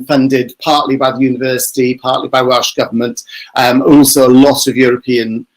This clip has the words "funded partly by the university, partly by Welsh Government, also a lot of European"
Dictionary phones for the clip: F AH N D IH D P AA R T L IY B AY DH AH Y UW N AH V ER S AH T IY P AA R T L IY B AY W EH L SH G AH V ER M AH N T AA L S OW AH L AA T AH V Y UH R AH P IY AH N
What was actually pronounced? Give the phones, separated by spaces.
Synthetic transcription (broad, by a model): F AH N D IH D P AA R T L IY B AY DH AH Y UW N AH V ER S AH T IY P AA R T L IY B AY W EH L SH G AH V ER M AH N T AA L S OW AH L AA T AH V Y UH R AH P IY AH N